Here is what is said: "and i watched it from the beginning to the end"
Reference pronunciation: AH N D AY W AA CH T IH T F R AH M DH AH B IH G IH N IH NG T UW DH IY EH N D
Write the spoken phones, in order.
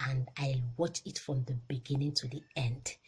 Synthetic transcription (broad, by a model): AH N D AY W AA CH IH T F R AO M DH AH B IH G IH N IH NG T UW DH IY EH N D